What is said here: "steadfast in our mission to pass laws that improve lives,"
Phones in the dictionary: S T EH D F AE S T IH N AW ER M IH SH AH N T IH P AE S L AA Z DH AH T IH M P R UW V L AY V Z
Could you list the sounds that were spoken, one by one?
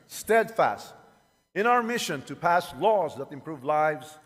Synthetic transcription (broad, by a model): S T EH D F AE S T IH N AW ER M IH SH AH N T IH P AE S L AA Z DH AH T IH M P R UW V L AY V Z